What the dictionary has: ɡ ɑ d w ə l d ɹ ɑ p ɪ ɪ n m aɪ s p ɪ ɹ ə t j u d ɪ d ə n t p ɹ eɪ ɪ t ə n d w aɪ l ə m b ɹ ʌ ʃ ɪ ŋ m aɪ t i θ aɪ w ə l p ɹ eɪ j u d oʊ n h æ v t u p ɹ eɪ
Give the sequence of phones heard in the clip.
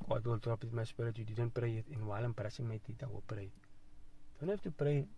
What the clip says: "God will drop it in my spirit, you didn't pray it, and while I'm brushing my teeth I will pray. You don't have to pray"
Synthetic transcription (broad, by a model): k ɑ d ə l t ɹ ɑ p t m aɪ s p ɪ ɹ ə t j u d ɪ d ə n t p ɹ eɪ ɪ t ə n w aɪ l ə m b ɹ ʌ s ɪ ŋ m aɪ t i t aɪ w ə p ɹ eɪ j d oʊ n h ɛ f t u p ɹ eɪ